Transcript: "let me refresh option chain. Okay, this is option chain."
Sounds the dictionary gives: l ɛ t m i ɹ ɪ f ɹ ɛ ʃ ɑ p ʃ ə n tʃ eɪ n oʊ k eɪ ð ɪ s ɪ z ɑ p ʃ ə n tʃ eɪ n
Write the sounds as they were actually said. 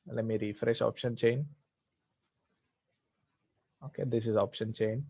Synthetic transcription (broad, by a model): l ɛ t m i ɹ ɪ f ɹ ɛ ʃ ɑ p ʃ ə n tʃ eɪ n oʊ k eɪ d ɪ s ɪ z ɑ p ʃ ə n tʃ eɪ n